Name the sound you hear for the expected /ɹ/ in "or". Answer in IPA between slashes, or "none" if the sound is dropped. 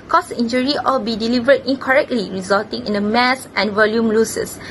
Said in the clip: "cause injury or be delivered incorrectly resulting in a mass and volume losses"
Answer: /l/